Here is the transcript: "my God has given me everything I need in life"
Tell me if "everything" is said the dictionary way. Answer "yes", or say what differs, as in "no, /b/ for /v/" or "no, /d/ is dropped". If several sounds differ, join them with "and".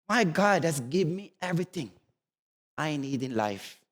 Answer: no, /t/ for /θ/